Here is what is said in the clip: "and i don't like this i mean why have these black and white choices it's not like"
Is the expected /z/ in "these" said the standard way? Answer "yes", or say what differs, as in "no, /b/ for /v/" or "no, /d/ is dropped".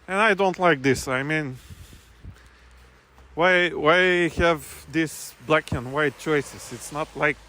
no, /s/ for /z/